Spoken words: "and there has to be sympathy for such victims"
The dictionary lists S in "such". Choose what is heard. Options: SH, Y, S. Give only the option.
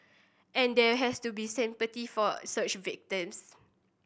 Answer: S